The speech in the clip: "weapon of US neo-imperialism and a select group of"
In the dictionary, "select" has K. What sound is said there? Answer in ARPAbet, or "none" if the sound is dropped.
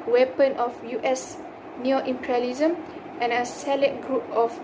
none